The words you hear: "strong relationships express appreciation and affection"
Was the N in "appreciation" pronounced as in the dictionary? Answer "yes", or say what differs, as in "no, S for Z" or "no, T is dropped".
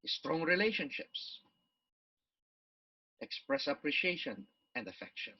yes